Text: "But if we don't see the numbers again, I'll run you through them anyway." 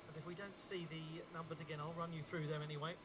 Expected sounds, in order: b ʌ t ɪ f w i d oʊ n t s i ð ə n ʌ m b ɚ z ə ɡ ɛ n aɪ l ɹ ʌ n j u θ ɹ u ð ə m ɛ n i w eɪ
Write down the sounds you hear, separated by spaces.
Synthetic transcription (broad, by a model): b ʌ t ɪ f w i d oʊ n t s i ð ə n ʌ m b ɚ z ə ɡ ɛ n aɪ l ɹ ʌ n j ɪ θ ɹ u ð ə m ɛ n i w eɪ